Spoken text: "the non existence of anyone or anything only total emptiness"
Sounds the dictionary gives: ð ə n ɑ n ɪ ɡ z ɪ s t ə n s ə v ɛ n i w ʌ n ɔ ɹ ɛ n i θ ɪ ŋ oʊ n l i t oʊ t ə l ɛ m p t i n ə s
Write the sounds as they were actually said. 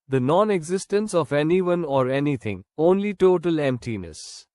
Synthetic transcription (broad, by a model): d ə n ɑ n ɪ ɡ z ɪ s t ə n s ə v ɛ n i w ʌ n ɔ ɹ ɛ n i t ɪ ŋ oʊ n l i t oʊ t ə l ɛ m p t i n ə s